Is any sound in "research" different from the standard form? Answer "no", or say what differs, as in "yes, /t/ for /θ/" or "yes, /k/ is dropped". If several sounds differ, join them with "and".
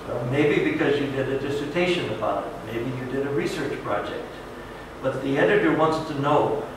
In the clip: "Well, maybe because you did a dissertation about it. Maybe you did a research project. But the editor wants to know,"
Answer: no